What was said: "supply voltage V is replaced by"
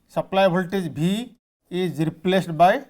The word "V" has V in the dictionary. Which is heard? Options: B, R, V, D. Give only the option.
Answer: B